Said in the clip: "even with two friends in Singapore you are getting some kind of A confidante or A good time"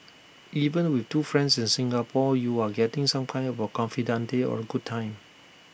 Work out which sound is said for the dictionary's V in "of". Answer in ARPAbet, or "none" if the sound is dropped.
B